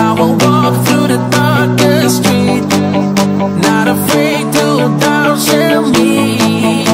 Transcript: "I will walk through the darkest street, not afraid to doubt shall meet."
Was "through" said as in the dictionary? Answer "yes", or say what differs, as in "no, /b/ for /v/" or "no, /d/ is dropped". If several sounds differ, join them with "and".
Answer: yes